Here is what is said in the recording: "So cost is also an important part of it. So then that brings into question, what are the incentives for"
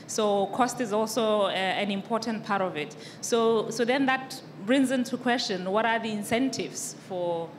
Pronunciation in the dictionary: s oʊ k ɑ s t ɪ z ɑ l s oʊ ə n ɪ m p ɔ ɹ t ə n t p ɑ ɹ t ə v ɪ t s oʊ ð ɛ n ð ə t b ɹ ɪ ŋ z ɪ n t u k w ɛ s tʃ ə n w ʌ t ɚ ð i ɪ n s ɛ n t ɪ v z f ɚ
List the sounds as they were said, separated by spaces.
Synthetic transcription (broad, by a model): s oʊ k ɑ s t ɪ z ɑ l s oʊ ə n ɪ m p ɔ t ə n t p ɑ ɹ t ə v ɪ t s oʊ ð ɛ n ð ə t b ɹ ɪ ŋ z ɪ n t u k w ɛ s tʃ ə n w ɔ t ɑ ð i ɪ n s ɛ n t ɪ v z f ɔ